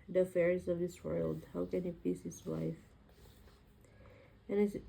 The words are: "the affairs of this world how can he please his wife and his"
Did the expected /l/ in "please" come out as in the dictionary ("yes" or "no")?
no